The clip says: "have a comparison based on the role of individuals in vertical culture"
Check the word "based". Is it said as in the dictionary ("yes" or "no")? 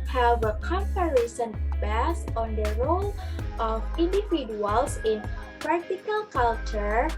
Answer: no